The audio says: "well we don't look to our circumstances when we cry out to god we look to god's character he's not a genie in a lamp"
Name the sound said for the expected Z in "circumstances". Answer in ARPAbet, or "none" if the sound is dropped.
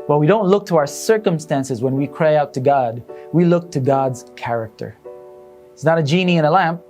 Z